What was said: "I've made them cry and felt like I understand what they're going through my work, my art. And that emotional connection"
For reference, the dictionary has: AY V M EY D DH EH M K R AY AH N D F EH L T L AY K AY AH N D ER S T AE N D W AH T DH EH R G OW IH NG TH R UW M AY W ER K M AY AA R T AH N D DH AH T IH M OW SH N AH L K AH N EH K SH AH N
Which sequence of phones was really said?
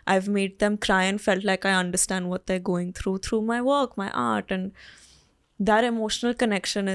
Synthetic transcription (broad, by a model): AY V M EY D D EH M K R AY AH N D F EH L T L AY K AY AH N D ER S T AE N D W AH T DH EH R G OW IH NG T R UW M AY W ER K M AY AA R T AH N D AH T IH M OW SH N AH L K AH N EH K SH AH N